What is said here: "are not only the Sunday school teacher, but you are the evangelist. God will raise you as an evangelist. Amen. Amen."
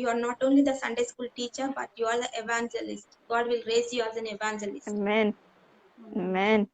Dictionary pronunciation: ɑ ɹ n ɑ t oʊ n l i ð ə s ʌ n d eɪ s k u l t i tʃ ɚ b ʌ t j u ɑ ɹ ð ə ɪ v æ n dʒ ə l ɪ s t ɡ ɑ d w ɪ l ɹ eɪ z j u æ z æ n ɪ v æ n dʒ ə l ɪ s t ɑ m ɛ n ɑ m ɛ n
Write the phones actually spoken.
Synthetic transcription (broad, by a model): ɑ ɹ n ɑ t oʊ n l i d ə s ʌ n d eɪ s k u l t i tʃ ɚ b ʌ t j u ɑ ɹ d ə ɪ v æ n dʒ ə l ɪ s t ɡ ɑ d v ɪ l ɹ eɪ z j u æ z æ n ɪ v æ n dʒ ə l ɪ s t m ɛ n m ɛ n